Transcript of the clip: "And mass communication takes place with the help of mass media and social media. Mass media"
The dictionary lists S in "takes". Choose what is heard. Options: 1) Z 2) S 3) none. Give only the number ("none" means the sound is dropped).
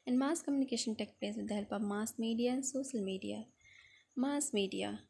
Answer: 3